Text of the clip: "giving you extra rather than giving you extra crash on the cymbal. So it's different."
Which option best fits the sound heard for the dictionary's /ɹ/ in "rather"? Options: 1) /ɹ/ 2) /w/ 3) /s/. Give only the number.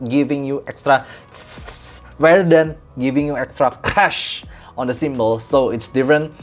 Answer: 2